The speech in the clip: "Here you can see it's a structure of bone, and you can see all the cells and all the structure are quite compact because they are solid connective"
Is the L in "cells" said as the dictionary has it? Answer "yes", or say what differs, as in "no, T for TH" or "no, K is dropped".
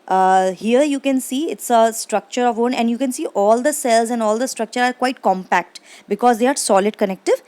yes